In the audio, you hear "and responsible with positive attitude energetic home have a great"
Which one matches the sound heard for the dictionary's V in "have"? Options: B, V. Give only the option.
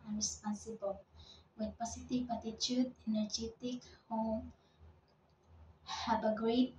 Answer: B